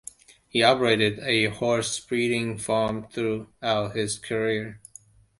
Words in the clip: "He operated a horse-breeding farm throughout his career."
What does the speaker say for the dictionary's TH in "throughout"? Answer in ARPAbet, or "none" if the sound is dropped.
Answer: TH